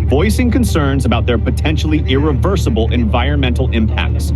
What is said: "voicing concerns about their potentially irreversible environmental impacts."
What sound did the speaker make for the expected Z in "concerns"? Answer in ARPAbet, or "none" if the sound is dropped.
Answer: Z